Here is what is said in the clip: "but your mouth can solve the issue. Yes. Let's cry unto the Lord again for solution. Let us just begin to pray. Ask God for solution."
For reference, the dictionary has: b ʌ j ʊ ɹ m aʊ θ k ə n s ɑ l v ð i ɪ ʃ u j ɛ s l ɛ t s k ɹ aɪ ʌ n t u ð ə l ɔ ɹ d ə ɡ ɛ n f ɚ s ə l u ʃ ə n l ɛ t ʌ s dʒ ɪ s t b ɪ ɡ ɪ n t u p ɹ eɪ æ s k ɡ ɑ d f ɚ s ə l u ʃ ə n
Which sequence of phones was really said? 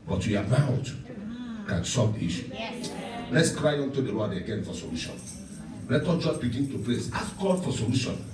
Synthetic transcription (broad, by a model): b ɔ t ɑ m aʊ t k ə n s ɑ v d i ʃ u l ɛ t s k ɹ aɪ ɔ n t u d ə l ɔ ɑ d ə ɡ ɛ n f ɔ s ə l u ʃ ə n l ɛ t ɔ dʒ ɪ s b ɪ ɡ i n t u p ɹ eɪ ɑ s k ɡ ɑ d f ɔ s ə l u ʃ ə n